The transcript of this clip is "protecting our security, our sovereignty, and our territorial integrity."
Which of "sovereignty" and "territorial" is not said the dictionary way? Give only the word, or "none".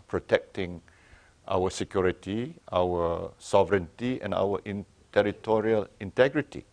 none